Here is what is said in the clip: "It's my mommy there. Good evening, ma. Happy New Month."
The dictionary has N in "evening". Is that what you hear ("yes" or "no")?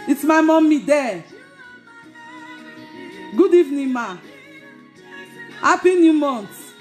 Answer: yes